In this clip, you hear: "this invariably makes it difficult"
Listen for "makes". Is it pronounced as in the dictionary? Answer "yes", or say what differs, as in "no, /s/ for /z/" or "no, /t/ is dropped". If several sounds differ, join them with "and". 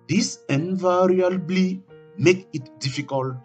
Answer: no, /s/ is dropped